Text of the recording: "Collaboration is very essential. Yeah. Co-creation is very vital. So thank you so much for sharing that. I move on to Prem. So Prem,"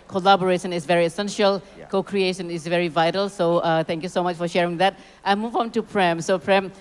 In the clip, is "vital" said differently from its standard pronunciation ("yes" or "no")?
no